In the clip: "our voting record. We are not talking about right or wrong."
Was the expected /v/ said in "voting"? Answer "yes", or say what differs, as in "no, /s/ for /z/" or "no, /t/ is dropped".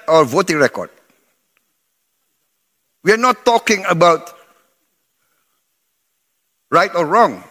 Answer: yes